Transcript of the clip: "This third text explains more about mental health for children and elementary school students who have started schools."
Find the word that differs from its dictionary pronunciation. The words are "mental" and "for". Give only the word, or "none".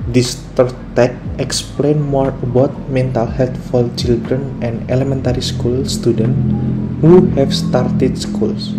for